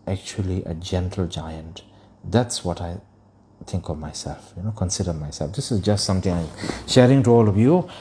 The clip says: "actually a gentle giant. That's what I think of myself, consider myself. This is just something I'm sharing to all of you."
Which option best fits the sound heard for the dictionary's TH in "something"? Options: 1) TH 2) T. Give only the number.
2